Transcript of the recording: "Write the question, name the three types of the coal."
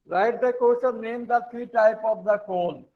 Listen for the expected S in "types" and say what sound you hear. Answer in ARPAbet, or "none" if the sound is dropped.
none